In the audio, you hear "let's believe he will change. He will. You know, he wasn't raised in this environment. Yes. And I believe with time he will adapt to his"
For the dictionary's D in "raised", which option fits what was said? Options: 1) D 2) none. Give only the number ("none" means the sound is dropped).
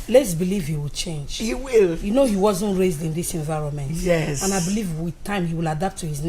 1